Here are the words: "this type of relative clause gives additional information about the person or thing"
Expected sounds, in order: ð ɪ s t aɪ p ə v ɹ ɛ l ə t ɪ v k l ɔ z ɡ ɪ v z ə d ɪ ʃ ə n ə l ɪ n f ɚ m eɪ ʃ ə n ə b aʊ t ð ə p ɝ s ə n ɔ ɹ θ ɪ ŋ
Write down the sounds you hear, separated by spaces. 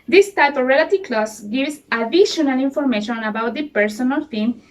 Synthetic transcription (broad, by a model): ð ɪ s t aɪ p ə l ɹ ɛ l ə t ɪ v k l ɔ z ɡ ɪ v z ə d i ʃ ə n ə l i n f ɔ m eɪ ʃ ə n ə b aʊ t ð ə p ɝ s ə n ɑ l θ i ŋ